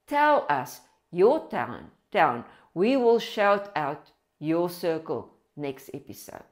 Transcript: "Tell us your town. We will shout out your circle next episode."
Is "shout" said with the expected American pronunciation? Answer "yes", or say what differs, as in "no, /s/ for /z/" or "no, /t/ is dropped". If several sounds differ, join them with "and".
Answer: yes